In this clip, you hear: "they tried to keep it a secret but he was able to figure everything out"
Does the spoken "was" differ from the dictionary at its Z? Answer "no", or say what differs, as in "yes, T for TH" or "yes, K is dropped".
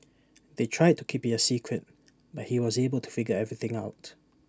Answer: no